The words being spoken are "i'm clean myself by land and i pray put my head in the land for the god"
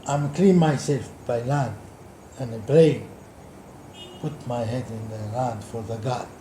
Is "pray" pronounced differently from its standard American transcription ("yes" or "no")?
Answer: yes